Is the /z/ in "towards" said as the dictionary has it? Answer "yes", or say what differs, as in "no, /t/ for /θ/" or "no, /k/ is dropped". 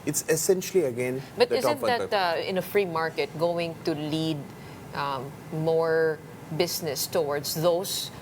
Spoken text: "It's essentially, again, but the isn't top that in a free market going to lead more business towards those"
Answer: no, /s/ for /z/